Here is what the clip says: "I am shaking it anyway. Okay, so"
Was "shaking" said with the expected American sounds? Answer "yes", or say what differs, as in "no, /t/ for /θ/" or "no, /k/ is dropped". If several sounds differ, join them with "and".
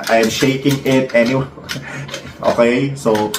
yes